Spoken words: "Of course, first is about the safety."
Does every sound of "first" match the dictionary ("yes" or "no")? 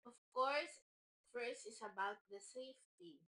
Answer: no